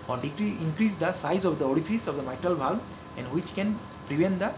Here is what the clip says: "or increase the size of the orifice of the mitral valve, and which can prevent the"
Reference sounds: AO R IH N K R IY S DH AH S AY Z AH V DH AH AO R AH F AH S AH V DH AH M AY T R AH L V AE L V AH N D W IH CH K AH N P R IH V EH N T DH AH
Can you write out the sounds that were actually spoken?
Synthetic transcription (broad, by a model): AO R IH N K R IY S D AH S AY Z AH V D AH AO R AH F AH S AH V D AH M AY T R AH L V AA L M AH N D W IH CH K AH N P R IH V EH N T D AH